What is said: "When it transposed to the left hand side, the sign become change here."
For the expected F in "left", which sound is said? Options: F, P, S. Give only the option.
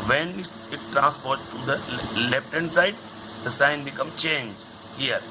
P